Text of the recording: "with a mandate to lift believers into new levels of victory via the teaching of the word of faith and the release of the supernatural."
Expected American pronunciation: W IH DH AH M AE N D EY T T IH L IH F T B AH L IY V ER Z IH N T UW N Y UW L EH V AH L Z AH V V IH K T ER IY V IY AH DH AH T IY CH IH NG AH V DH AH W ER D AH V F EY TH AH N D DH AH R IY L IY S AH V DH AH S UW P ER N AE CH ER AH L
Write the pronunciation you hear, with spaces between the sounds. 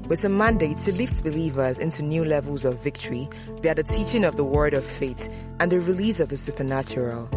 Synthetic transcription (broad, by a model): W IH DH AH M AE N D EY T T IH L IH F T B AH L IY V ER Z IH N T UW N Y UW L EH V AH L Z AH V V IH K T ER IY B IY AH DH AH T IY CH IH NG AH V DH AH W ER D AH V F EY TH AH N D DH AH R IY L IY S AH V DH AH S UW P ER N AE CH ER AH L